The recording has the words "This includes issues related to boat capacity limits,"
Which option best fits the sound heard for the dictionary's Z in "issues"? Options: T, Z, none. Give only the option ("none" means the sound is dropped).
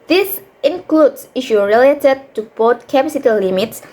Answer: none